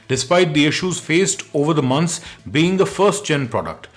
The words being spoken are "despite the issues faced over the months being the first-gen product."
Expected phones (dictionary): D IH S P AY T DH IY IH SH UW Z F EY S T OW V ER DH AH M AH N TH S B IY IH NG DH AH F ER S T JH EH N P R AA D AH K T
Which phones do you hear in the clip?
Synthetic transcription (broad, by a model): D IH S P AY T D IY IH SH UW Z F EY S T OW V ER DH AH M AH N S B IY IH NG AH F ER S T CH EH N P R AA D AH K T